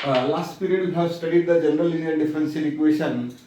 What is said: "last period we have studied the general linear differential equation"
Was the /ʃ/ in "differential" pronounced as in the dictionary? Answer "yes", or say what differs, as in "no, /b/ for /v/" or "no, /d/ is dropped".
no, /s/ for /ʃ/